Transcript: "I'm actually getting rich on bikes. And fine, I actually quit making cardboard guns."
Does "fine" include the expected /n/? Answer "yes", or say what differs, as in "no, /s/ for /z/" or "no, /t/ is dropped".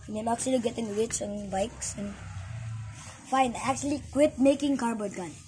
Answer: yes